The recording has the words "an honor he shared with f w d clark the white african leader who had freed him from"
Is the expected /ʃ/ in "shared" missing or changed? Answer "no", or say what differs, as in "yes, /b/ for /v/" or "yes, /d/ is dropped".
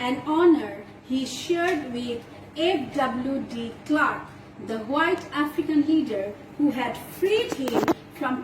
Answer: no